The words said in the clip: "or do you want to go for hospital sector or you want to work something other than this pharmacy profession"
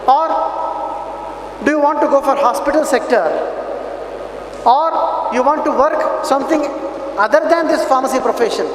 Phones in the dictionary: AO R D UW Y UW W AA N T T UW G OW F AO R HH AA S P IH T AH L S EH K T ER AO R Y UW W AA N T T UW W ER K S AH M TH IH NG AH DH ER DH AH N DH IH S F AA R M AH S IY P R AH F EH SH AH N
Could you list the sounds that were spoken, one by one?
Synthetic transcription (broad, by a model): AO R D UW Y UW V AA N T T UW G OW F AO R HH AA S P IH T AH L S EH K T ER AO R Y UW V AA N T T UW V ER K S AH M T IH NG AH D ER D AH N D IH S F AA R M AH S IY P R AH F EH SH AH N